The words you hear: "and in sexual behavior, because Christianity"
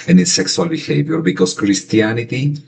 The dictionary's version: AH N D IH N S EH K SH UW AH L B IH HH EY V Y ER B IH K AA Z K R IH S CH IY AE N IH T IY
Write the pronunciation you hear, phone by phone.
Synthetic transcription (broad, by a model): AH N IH S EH K S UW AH L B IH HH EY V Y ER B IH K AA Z K R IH S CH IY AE N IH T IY